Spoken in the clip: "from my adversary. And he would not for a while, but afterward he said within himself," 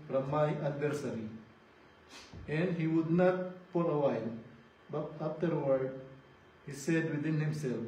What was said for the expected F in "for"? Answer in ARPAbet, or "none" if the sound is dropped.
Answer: P